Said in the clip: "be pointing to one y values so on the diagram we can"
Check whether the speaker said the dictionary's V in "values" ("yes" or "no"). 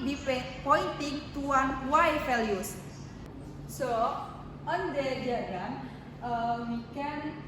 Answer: no